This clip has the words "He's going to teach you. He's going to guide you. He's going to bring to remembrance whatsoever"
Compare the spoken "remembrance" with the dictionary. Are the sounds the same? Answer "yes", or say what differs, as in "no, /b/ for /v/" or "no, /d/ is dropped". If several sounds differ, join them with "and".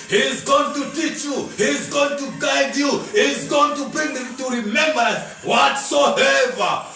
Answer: no, /ɹ/ is dropped and /n/ is dropped